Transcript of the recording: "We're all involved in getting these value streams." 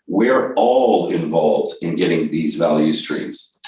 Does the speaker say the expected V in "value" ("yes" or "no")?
yes